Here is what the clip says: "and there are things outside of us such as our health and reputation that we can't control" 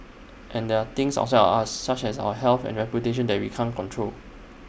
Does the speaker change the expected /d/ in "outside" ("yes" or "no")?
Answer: yes